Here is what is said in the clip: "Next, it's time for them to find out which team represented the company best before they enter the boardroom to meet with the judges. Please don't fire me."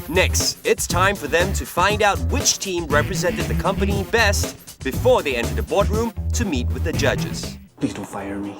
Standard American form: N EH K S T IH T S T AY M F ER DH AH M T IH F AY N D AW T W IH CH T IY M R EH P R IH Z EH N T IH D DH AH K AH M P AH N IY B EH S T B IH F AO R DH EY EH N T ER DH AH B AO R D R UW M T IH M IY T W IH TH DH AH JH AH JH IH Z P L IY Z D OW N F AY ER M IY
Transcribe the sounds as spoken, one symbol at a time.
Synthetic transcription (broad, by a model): N EH K S T IH T S T AY M F ER DH AH M T IH F AY N D AW T W IH CH T IY M R EH P R IH Z EH N T IH D DH AH K AH M P AH N IY B EH S T B IH F AO R DH EY EH N T ER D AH B AO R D R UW M T IH M IY T W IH DH AH JH AH JH IH Z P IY D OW F AY ER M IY